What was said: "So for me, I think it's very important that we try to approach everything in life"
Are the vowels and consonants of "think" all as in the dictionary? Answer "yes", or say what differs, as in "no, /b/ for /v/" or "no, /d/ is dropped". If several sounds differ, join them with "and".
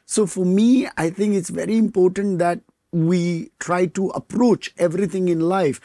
no, /t/ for /θ/